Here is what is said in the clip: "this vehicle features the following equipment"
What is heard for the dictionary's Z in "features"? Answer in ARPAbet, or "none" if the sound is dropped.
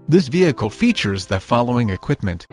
Z